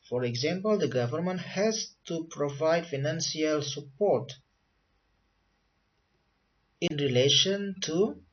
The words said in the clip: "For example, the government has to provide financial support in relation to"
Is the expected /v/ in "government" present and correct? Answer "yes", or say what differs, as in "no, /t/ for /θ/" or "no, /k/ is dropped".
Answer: yes